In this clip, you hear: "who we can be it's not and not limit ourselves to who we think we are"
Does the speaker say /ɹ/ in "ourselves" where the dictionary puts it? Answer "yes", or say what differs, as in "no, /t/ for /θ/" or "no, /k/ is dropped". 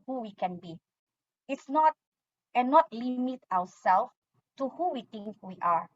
no, /w/ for /ɹ/